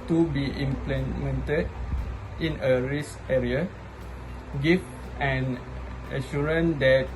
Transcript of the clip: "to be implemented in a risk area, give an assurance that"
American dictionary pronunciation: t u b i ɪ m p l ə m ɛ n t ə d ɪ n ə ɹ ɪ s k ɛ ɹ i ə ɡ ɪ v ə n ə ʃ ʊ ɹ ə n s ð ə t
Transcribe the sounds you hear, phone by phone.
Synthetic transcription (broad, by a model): t u b i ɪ m p l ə m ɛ n t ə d ɪ n ə ɹ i s ɛ ɹ i ə ɡ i f ə n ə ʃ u ɹ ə n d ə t